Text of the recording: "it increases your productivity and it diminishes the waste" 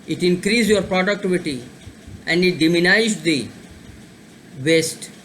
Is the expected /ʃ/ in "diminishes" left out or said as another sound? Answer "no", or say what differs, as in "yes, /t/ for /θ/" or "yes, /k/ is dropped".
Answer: yes, /ʃ/ is dropped